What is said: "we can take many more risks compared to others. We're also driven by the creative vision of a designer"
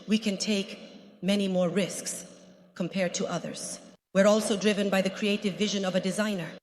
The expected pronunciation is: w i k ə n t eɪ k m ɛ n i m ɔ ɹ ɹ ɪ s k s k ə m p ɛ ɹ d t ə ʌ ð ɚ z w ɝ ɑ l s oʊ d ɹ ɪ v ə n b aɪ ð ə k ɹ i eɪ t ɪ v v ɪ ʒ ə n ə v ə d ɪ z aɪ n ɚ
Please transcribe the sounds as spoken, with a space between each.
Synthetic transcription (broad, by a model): w i k ə n t eɪ k m ɛ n i m ɔ ɹ ɹ ɪ s k s k ə m p ɛ ɹ d t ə ʌ ð ɚ z w ɝ ɑ l s oʊ d ɹ ɪ v ə n b aɪ ð ə k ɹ i eɪ t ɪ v v ɪ ʒ ə n ə v ə d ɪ z aɪ n ɚ